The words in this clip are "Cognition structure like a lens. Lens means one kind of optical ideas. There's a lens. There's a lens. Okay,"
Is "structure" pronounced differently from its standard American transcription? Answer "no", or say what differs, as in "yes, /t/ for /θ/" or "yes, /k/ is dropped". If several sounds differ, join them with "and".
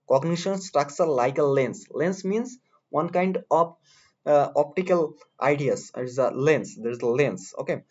yes, /s/ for /tʃ/